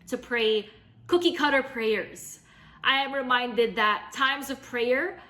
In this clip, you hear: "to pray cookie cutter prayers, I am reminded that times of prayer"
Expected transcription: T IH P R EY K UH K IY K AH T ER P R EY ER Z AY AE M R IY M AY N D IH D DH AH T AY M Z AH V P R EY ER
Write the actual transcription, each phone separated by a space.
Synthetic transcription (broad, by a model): T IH P R EY K UH K IY K AH T ER P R EY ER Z AY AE M R IY M AY N D IH D DH AH T AY M Z AH V P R EY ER